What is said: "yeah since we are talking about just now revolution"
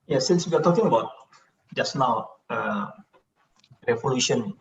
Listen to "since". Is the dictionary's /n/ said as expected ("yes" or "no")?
yes